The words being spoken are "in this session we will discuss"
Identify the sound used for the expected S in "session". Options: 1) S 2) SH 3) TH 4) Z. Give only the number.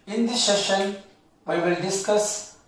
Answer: 2